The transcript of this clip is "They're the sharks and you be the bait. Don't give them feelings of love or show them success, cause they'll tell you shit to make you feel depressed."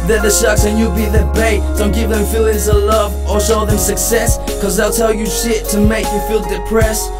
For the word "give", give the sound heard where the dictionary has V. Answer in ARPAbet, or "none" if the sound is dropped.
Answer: V